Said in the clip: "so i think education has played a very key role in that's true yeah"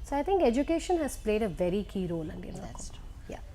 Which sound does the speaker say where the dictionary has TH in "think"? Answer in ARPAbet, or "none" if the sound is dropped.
T